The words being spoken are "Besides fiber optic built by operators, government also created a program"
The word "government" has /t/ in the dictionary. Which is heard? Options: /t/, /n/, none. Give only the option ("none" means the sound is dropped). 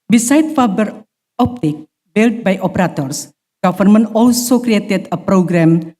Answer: none